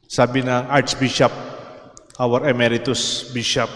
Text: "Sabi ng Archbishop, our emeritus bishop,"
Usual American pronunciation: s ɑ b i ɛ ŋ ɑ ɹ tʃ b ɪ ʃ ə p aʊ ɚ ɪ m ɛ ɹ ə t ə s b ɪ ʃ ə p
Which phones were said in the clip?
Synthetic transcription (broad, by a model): s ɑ b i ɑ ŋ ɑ ɹ s b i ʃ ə p aʊ ɚ ɪ m ɛ ɹ ə t ə s b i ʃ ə p